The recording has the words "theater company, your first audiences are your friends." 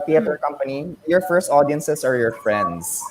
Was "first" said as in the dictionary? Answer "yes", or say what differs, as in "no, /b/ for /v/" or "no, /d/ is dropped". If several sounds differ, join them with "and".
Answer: yes